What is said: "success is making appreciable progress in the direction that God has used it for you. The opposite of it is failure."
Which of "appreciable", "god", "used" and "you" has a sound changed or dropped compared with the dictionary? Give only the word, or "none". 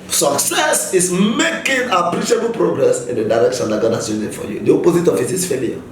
used